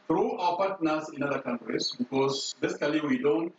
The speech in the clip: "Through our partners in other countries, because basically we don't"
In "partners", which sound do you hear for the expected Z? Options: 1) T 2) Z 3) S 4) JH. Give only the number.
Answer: 3